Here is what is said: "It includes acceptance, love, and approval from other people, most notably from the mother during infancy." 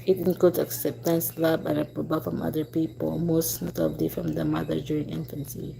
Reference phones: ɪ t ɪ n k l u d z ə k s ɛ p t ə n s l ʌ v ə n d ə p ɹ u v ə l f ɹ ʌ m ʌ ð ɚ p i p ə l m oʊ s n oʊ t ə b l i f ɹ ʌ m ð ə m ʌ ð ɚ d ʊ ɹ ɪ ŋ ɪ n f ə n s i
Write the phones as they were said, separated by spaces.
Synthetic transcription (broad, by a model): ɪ t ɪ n k l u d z ə k s ɛ p t ə n s l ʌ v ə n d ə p ɹ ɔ b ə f ɹ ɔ m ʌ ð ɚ p i p ə l m oʊ s n oʊ t ə b l i f ɹ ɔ m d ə m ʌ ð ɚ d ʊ ɹ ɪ ŋ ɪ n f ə n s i